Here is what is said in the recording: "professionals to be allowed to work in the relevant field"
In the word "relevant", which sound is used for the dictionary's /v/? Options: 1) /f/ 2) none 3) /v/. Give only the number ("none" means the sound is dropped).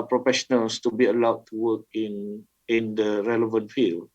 3